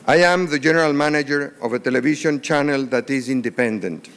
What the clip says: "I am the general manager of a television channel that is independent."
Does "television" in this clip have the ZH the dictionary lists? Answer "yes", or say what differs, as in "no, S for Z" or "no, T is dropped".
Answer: no, SH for ZH